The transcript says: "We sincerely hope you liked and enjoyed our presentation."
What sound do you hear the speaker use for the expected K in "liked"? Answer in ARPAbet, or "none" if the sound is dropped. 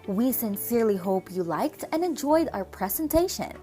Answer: K